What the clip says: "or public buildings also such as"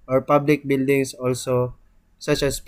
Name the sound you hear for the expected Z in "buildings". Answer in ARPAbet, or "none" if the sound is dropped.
S